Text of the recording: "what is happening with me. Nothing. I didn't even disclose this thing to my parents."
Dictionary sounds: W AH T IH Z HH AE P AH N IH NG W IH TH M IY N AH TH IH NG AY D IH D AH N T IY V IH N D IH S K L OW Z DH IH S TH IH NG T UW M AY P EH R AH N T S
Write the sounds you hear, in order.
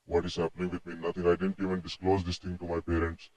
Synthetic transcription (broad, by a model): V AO T IH Z HH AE P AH N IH NG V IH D M IY N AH T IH NG AY D IH D AH N T IY V IH N D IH S K L OW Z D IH S T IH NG T UW M AY P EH R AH N T S